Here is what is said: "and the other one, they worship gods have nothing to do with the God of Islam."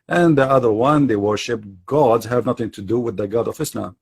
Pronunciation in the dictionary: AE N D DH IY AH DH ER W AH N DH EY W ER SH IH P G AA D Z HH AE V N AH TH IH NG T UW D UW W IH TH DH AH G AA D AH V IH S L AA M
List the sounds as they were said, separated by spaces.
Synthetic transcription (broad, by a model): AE N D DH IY AH DH ER W AH N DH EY W ER SH IH P G AA D Z HH AE V N AH TH IH NG T UW D UW W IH DH AH G AA D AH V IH S L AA M